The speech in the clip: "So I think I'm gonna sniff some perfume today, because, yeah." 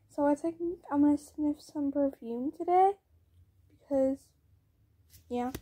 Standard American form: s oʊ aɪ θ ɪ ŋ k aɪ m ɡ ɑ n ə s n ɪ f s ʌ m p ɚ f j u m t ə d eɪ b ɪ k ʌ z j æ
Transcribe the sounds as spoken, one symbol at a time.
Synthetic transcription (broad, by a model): s oʊ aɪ s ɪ k aɪ m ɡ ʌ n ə s n ɪ f s ʌ m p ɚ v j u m t ə d eɪ b ɪ k ʌ z j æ